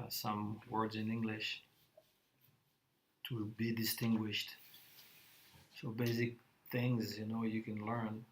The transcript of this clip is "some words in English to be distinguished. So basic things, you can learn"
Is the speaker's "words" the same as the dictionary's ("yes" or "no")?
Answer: yes